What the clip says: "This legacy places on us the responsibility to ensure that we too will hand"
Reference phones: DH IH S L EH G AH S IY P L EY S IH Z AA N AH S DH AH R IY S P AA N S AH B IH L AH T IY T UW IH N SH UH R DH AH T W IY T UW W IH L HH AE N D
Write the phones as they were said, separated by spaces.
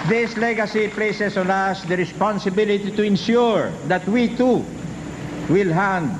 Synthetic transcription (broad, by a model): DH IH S L EH G AH S IY P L EY S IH S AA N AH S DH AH R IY S P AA N S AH B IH L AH T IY T UW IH N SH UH R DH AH T W IY T UW W IH L HH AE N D